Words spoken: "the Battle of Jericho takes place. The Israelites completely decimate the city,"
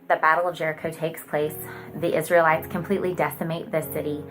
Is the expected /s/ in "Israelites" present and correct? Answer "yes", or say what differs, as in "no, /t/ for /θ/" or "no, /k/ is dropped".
yes